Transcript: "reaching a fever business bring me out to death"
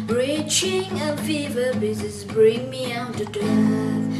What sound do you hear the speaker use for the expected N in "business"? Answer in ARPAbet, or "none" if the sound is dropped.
none